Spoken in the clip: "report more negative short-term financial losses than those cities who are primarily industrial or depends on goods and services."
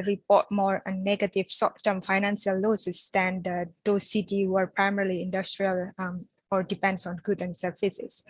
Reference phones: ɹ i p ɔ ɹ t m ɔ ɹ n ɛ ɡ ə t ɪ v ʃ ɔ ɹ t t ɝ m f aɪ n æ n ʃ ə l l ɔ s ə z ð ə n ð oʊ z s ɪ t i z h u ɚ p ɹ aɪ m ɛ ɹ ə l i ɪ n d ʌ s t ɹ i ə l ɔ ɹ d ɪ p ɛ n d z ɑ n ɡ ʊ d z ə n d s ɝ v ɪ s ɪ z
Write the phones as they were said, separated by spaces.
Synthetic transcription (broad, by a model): ɹ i p ɔ t m ɔ ɹ n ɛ ɡ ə t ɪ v s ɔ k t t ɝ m f aɪ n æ n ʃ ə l l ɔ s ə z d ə n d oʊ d s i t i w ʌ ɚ p ɹ aɪ m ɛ ɹ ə l i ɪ n d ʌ s t ɹ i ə l ɔ ɹ d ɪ p ɛ n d s ɑ n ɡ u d ə n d s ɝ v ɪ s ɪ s